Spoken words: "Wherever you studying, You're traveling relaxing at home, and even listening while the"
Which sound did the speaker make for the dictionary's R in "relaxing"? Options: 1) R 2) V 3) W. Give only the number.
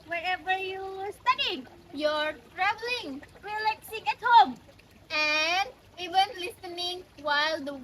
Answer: 3